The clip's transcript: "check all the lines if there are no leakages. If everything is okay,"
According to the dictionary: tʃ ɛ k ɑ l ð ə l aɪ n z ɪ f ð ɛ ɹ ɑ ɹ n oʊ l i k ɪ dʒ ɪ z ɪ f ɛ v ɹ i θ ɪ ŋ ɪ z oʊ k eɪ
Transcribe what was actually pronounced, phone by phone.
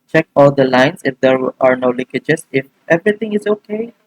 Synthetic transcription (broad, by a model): tʃ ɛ k ɑ l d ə l aɪ n s ɪ f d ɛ ɹ ɑ ɹ n oʊ l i k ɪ dʒ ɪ s ɪ f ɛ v ɹ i t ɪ ŋ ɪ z oʊ k eɪ